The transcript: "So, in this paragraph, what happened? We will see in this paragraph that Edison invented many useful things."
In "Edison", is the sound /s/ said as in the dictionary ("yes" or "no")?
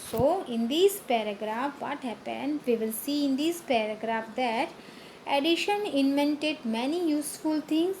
no